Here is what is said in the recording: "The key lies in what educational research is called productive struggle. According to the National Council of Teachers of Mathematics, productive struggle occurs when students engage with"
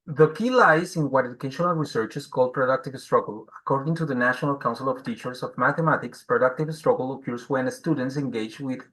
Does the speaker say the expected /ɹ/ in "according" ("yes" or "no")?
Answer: yes